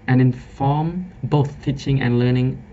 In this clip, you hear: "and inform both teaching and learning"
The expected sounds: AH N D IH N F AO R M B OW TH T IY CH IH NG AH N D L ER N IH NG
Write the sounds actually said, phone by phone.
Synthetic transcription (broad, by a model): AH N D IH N F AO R M B OW TH T IY CH IH NG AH N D L ER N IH NG